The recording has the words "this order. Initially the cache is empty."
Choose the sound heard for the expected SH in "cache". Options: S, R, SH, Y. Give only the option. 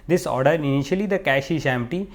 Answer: SH